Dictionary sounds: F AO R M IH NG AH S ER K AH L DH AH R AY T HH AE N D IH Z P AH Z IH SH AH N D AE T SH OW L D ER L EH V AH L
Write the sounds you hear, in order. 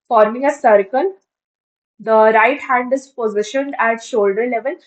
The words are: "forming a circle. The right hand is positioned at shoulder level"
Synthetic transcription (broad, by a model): F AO R M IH NG AH S ER K AH L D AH R AY T HH AE N D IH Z P AH Z IH SH AH N D AE T SH OW L D ER L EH V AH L